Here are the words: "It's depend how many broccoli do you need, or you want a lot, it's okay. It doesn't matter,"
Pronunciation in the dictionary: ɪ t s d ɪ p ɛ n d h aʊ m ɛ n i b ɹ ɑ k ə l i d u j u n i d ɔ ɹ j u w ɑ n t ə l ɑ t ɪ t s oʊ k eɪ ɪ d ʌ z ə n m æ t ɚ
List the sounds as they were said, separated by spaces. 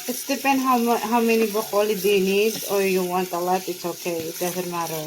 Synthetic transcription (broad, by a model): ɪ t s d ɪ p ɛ n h h aʊ m ɛ n i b ɑ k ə l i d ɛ n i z ɔ ɹ j u w ɑ n t ə l ɑ t ɪ t s oʊ k eɪ ɪ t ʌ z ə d m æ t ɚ